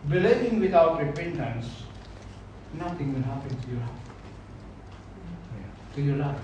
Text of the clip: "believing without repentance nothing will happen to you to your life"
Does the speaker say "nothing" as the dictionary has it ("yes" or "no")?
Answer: no